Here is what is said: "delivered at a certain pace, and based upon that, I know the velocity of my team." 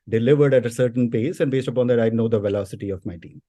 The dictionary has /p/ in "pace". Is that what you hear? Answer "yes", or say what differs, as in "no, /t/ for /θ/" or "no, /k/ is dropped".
yes